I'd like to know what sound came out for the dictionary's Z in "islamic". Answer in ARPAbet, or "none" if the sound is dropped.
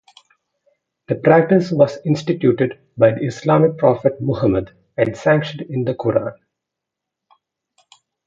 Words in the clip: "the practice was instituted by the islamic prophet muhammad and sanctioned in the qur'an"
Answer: S